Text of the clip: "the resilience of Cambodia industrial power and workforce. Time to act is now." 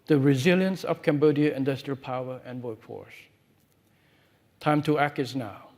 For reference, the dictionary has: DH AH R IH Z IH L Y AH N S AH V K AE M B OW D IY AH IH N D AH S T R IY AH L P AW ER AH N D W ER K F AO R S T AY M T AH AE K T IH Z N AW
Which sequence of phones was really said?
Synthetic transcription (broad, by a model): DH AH R IH Z IH L Y AH N S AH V K AE M B OW D IY AH IH N D AH S T R IY AH L P AW ER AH N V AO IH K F AO R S T AY M T AH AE K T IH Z N AW